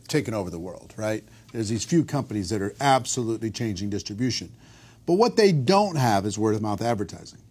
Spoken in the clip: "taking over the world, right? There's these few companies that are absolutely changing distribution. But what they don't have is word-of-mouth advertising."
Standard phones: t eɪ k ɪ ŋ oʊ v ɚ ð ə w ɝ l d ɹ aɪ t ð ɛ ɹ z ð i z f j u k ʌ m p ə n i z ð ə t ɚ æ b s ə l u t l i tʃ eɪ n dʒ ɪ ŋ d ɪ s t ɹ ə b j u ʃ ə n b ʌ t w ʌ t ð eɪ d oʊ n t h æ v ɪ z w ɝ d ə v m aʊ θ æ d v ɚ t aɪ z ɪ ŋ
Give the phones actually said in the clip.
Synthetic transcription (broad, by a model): t eɪ k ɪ oʊ v ɚ ð ə w ɝ l d ɹ aɪ t ð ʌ ɹ z ð i z f j u k ʌ m p ə n i z ð ə t ɚ æ b s ə l u t l i tʃ eɪ n dʒ ɪ ŋ d ɪ s t ɹ ə b j u ʃ ə n b ʌ t w ʌ t ð eɪ d oʊ n t h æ v ɪ z w ɝ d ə m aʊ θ æ d v ɚ t aɪ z ɪ ŋ